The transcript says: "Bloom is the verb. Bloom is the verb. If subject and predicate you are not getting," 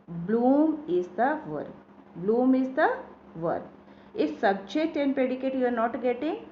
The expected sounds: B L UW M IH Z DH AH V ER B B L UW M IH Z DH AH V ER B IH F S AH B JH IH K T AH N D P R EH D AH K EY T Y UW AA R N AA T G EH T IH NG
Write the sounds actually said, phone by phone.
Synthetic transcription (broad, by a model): B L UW M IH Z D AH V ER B B L UW M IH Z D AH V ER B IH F S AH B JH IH T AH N P EH D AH K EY T Y UW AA R N AA T G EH T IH NG